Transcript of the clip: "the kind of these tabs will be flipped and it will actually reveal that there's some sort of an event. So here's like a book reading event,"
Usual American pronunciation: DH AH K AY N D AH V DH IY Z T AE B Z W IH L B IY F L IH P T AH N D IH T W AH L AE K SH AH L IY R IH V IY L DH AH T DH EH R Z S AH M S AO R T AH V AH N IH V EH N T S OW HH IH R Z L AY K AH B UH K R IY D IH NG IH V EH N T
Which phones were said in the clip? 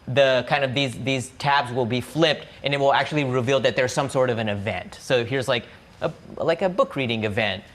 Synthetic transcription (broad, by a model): DH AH K AY N D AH V DH IY Z T AE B Z W IH L B IY F L IH P T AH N IH T W AH L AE K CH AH L IY R IH V IY L DH AH T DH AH R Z S AH M S AO R T AH V AH N IH V EH N T S OW HH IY R Z L AY K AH B UH K R IY D IH NG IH V EH N T